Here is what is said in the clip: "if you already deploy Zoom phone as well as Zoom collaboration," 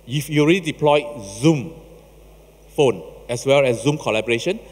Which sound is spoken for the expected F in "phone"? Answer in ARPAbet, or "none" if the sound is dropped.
F